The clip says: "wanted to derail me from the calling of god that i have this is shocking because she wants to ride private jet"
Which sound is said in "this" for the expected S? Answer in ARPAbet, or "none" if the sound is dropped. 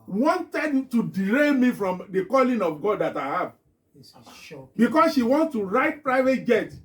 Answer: none